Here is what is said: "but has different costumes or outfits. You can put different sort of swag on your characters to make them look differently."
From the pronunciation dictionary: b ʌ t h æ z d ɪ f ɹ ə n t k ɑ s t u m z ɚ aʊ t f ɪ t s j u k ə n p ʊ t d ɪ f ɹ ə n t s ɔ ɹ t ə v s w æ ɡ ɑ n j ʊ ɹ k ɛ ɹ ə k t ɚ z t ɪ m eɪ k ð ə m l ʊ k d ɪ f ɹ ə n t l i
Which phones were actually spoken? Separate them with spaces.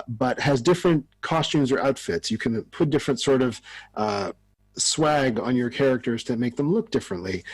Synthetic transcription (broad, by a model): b ʌ t h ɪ z d ɪ f ɹ ə n t k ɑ s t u m z ɚ aʊ t f ɪ t s j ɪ k ə n p ʊ t d ɪ f ɹ ə n t s ɔ ɹ t ə v s w æ ɡ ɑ n j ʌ ɹ k ɛ ɹ ə k t ɚ z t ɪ m eɪ k ð ə m l ʊ k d ɪ f ɹ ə n t l i